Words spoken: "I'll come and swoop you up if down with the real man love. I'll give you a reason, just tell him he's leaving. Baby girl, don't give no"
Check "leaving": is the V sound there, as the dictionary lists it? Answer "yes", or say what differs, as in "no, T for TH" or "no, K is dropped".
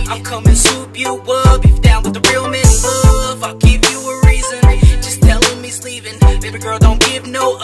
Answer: no, P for V